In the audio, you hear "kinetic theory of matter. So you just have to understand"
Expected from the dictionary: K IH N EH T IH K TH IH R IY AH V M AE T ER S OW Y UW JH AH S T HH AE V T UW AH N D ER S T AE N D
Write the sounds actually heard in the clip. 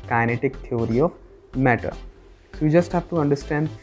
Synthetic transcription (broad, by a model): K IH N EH T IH K T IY R IY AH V M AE T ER S OW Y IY JH AH S T HH AE V T UW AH N D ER S T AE N D